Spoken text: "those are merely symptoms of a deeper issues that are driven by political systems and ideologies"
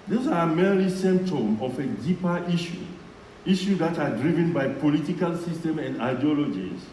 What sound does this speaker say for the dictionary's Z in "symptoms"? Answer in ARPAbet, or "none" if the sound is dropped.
none